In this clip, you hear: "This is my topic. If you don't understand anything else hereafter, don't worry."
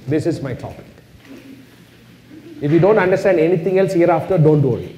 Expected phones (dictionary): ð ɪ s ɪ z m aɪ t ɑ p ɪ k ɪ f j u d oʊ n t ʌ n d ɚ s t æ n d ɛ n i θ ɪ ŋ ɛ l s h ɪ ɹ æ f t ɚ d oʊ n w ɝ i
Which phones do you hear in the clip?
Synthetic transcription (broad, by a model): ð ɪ s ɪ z m aɪ t ɑ p ɪ k ɪ f j u d oʊ n t ʌ n d ɚ s t æ n d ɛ n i t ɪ ŋ ɛ l s h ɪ ɹ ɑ f t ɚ d oʊ n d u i